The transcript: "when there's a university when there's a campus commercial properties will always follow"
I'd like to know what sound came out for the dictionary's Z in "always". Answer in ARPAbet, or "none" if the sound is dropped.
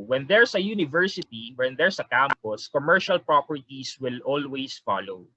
S